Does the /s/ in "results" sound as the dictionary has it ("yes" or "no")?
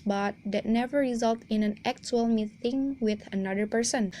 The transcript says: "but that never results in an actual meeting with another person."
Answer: no